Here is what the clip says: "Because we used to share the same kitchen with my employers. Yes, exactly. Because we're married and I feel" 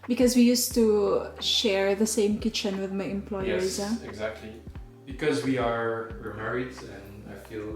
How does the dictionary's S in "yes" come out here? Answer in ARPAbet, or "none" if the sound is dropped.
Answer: none